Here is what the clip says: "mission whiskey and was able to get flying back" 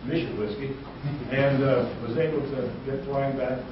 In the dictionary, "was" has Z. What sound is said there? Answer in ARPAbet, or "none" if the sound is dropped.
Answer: Z